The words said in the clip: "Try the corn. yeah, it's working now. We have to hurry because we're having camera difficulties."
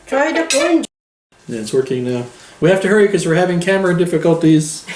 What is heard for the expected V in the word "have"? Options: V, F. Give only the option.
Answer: F